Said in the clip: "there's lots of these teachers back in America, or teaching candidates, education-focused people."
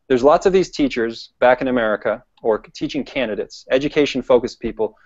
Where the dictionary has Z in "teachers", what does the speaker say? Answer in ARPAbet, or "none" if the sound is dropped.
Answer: Z